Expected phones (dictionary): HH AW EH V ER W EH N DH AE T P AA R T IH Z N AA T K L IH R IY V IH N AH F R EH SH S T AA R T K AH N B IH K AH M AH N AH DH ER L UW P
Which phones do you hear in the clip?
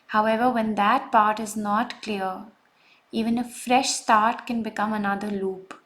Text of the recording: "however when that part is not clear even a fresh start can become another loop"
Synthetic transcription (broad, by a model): HH AW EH V ER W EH N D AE T P AA R T IH Z N AA T K L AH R IY V IH N AH F R EH SH S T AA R T K AH N B IH K AH M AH N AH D ER L UW P